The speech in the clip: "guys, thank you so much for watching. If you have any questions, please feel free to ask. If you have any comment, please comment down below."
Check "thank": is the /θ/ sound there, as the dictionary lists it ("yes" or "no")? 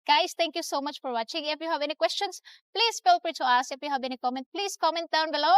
no